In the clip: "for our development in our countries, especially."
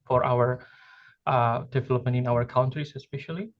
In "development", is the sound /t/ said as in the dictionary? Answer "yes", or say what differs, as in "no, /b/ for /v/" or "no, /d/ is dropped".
no, /t/ is dropped